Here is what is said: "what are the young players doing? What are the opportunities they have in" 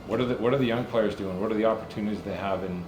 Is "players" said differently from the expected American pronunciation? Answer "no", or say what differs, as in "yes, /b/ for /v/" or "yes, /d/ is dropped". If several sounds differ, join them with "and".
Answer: no